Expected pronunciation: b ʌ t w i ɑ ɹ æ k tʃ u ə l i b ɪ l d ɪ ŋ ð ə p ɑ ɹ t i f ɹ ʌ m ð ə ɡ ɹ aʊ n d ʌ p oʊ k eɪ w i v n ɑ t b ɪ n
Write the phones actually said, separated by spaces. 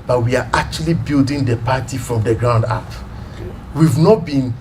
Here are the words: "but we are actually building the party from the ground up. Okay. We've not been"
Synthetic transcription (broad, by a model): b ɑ t w i ɑ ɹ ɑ k tʃ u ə l i b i l d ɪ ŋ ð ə p ɑ t i f ɹ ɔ m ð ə ɡ ɹ aʊ n d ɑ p w i v n ɑ t b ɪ n